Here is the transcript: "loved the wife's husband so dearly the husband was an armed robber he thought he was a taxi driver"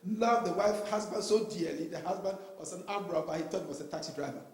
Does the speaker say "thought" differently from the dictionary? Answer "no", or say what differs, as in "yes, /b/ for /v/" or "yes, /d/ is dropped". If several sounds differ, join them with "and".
yes, /t/ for /θ/